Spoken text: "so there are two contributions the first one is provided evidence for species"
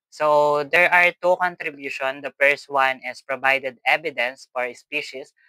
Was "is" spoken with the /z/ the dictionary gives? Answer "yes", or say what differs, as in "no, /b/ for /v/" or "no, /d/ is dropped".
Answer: no, /s/ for /z/